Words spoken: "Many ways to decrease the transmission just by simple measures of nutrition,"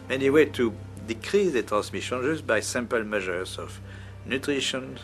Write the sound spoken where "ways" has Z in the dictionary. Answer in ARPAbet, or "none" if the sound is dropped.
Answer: none